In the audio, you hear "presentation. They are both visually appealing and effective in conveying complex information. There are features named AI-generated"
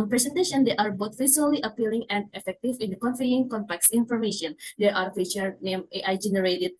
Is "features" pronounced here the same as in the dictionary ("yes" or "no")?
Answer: no